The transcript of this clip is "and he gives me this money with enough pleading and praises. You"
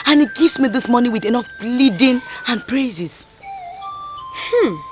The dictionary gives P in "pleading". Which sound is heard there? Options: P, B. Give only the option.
B